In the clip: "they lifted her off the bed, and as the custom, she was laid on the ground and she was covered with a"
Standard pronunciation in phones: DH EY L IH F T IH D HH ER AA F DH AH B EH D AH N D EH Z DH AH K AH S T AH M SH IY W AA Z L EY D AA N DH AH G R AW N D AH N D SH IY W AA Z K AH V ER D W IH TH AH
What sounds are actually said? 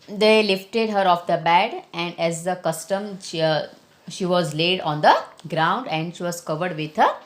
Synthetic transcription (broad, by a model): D EY L IH F T IH D HH ER AA F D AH B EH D AH N D EH Z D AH K AH S T AH M SH IY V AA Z L EY D AA N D AH G R AW N D AH N D SH IY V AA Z K AH V ER D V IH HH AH